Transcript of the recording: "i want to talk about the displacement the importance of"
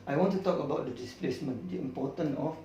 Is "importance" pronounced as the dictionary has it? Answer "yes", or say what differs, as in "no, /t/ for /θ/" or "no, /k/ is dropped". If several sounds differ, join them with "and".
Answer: no, /s/ is dropped